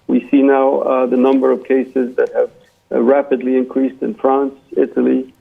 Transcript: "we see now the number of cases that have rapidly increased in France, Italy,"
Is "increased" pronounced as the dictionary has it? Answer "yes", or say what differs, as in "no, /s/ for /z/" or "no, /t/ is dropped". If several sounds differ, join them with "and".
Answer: yes